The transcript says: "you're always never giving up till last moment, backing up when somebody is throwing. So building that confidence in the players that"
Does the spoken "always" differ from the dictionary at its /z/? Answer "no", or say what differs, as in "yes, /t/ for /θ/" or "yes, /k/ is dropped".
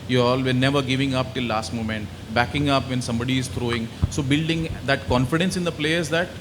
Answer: yes, /z/ is dropped